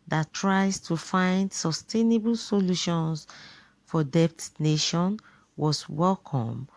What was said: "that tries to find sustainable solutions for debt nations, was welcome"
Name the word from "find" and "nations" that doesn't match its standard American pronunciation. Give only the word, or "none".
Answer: nations